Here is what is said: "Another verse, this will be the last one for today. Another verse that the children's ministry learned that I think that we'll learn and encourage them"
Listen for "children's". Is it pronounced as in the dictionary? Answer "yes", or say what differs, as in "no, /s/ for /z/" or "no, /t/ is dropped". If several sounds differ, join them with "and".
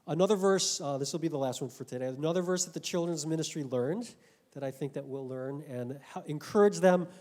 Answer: yes